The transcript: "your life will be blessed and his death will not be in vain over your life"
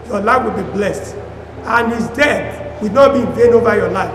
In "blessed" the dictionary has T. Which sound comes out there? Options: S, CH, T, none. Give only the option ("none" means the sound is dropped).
T